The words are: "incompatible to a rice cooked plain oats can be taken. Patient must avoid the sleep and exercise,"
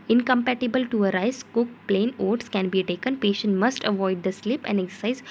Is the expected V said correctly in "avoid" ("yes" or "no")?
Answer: yes